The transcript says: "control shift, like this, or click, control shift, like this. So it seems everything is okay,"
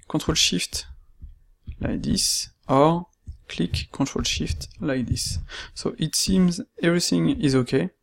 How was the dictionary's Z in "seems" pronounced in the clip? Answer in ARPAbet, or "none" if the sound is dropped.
Z